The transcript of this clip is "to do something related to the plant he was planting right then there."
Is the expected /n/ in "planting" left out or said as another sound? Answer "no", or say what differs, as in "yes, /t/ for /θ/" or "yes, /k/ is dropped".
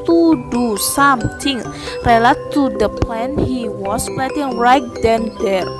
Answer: yes, /n/ is dropped